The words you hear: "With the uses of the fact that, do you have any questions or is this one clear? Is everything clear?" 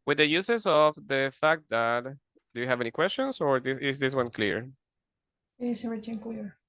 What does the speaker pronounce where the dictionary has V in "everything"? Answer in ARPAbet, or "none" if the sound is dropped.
none